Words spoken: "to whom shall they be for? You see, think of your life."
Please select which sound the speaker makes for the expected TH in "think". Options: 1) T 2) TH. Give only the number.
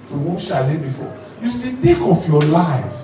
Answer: 1